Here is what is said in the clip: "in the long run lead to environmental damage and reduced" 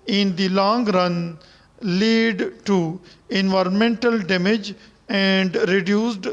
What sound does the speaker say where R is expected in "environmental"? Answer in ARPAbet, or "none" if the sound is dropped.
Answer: R